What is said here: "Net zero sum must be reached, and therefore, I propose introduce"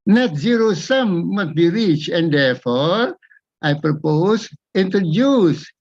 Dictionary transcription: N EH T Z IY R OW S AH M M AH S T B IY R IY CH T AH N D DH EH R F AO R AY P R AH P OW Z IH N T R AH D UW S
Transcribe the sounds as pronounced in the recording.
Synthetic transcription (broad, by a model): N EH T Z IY R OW S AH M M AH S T B IY R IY CH AH N D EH R F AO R AY P R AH P OW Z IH N T R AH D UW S